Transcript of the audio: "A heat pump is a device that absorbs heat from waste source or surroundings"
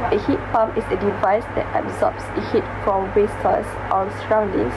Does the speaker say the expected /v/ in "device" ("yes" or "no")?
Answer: yes